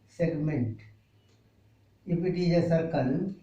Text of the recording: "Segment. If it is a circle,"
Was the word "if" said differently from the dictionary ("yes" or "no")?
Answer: yes